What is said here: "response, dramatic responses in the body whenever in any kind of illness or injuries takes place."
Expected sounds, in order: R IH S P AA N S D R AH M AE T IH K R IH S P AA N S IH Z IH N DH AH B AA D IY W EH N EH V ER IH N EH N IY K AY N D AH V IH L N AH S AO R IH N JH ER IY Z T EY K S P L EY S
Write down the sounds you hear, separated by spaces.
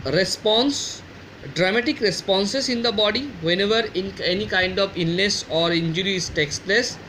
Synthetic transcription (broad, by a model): R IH S P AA N S D R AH M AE T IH K R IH S P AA N S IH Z IH N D AH B AA D IY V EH N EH V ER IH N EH N IY K AY N D AH V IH N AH S AO R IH N JH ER IY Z T EY K S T L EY S